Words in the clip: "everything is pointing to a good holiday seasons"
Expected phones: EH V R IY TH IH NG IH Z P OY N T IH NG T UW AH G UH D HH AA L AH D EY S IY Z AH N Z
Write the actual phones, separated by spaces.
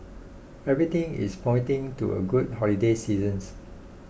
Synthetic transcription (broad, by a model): EH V R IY T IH NG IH S P OY N T IH NG T UW AH G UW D HH AA L AH D EY S IY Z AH N S